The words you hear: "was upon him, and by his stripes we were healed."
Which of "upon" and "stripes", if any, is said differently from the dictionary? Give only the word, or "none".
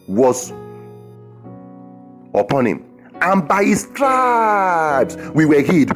stripes